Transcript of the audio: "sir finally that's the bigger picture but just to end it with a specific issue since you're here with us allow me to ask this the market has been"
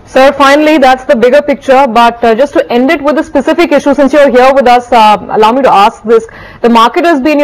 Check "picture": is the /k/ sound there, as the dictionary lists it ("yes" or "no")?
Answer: yes